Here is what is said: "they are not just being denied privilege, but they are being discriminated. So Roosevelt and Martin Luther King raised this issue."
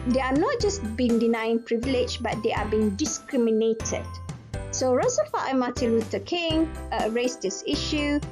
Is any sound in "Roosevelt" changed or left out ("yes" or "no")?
yes